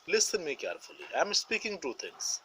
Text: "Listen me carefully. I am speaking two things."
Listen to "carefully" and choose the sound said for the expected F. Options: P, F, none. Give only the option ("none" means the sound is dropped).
F